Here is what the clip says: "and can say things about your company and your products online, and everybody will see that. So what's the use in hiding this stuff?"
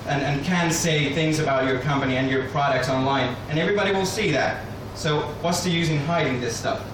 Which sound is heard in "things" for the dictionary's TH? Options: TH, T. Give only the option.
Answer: TH